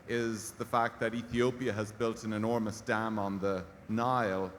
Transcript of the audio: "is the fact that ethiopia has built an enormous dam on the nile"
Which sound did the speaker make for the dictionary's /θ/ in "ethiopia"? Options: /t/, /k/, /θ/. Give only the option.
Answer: /θ/